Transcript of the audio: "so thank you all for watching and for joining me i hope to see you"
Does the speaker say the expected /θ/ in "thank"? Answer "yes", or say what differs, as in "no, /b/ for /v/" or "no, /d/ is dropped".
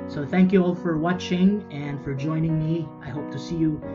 yes